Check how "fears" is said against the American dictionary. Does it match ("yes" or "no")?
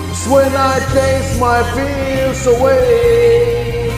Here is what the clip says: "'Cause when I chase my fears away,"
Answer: no